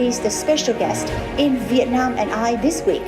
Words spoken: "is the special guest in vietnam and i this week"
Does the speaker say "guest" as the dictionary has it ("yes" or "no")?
yes